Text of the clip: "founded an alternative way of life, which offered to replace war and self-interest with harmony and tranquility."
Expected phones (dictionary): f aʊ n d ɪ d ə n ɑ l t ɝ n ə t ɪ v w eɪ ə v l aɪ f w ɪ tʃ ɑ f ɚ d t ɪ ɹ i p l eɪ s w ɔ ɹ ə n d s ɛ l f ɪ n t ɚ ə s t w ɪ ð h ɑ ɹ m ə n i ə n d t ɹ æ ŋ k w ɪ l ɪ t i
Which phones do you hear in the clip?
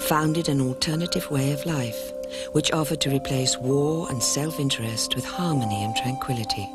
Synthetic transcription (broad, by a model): f aʊ n d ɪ d ə n ɑ l t ɝ n ə t ɪ v w eɪ ə v l aɪ f w ɪ tʃ ɑ f ɚ d t ɪ ɹ i p l eɪ s w ɔ ɹ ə n s ɛ l f ɪ n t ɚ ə s t w ɪ ð h ɑ ɹ m ə n i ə n t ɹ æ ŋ k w ɪ l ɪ t i